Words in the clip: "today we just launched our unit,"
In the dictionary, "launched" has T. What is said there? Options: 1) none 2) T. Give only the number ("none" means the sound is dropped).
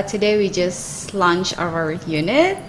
1